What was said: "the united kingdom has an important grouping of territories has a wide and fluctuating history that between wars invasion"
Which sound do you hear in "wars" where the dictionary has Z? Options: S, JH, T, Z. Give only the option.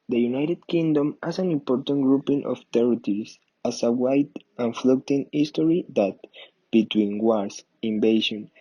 S